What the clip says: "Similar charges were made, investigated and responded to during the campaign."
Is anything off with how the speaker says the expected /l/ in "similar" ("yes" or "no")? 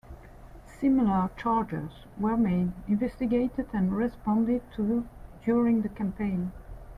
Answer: no